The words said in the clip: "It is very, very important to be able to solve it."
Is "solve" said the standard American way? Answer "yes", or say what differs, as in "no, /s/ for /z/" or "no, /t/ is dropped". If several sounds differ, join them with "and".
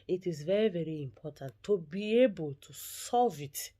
yes